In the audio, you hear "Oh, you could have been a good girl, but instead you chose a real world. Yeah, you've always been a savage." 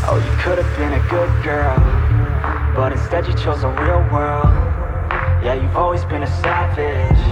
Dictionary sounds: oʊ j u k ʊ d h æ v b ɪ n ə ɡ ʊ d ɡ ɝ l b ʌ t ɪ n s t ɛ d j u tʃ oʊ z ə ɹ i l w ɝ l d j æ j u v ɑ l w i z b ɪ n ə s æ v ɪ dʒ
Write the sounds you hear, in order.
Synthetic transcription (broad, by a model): oʊ j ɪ k ʊ d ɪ v b ɪ n ə ɡ ʊ d ɡ ɝ l b ʌ t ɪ n s t ɛ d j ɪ tʃ oʊ z ə ɹ i l w ɝ l d j æ j u v ɑ l w i z b ɪ n ə s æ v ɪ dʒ